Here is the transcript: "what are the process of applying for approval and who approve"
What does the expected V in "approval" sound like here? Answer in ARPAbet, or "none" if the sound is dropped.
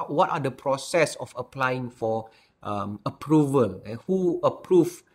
V